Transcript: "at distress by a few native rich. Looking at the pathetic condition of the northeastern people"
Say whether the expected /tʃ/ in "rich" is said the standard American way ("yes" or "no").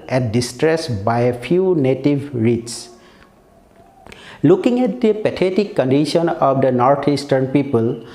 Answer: no